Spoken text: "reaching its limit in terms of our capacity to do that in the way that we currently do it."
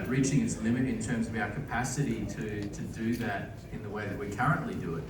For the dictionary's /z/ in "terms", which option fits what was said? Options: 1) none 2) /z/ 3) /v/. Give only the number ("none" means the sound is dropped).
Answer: 2